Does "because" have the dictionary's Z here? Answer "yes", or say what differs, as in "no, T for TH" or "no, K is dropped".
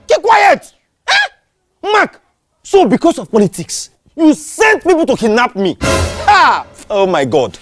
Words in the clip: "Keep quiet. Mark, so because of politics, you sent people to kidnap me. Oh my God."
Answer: no, S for Z